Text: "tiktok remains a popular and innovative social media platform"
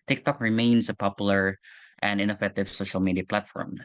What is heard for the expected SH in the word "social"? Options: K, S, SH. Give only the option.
SH